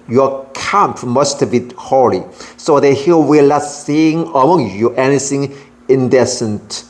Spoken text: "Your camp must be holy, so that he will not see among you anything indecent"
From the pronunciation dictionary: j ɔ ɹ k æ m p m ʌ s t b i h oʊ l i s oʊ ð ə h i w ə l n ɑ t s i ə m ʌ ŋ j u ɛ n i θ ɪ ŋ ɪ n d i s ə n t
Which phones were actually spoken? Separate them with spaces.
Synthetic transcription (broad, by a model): j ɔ k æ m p m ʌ s t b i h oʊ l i s oʊ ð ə h i w ə l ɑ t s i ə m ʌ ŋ j u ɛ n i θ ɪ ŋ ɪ n d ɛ s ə n t